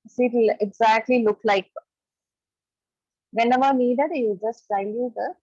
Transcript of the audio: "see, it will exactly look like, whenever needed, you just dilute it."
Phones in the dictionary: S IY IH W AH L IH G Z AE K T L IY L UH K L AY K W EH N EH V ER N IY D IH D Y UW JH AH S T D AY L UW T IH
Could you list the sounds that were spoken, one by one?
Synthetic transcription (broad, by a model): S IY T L IH G Z AE K T L IY L UH K L AY K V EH N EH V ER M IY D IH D Y UW JH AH S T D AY UW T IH